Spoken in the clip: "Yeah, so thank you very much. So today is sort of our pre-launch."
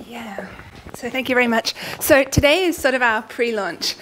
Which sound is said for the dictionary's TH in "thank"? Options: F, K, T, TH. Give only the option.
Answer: TH